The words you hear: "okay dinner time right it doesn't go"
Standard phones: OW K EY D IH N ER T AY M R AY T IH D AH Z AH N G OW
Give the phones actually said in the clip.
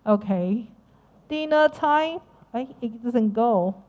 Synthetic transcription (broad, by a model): OW K EY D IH N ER T AY M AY IH D AH Z AH N G OW